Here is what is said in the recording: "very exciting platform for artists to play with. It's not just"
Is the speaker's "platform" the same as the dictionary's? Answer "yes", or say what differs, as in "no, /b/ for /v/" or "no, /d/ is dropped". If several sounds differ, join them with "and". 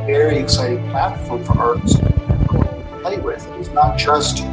no, /l/ is dropped